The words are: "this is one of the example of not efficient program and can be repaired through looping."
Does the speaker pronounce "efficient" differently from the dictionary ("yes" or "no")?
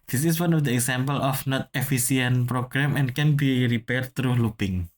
yes